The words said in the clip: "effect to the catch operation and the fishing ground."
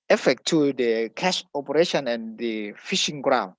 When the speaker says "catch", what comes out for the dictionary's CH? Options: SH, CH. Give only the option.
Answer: SH